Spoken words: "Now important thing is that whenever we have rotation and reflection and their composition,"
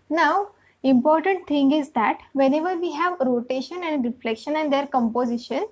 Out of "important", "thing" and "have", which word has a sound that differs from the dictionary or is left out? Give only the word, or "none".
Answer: thing